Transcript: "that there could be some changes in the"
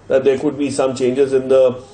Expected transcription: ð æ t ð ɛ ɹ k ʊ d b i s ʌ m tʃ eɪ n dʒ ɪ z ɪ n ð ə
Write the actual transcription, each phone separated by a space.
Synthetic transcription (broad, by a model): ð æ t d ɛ ɹ k ʊ d b i s ʌ m tʃ eɪ n dʒ ɪ z ɪ n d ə